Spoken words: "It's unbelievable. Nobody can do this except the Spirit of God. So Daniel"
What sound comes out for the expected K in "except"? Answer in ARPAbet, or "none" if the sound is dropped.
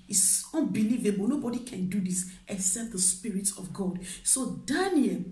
none